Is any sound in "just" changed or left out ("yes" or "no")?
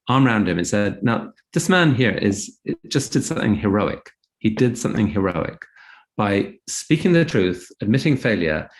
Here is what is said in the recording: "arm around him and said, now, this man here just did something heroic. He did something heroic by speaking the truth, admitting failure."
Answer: yes